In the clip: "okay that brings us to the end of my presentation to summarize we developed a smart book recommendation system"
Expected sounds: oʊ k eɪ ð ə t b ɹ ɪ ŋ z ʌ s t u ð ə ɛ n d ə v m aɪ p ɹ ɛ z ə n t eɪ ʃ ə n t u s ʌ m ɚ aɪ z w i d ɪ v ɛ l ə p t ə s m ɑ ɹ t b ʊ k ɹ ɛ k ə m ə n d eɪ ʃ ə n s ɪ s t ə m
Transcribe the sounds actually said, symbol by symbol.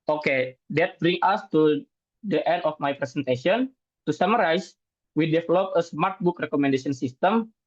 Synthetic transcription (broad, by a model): oʊ k eɪ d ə t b ɹ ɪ ŋ ɑ s t u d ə ɛ n d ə f m aɪ p ɹ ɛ s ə n t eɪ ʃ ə n t u s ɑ m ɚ aɪ s w i d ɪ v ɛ l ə p ə s m ɑ ɹ t b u k ɹ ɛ k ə m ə n d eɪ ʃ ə n s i s t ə m